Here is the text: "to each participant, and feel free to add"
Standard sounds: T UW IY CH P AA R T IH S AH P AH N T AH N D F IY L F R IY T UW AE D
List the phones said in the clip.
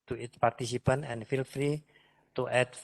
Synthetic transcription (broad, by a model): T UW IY S P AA R T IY S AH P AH N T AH N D F IY L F R IY T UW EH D